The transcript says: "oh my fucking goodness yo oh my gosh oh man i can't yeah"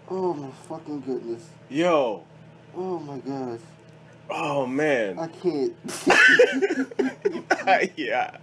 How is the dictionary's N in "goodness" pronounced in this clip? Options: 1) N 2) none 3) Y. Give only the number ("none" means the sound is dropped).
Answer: 1